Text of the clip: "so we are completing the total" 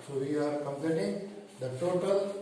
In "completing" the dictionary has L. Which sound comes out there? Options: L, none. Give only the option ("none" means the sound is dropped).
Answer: none